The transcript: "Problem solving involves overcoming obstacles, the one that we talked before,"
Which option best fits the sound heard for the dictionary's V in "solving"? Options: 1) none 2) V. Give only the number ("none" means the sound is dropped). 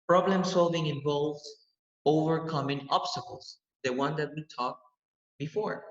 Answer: 2